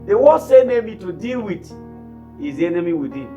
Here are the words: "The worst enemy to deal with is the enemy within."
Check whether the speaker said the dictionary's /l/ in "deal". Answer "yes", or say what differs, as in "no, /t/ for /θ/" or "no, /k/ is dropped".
yes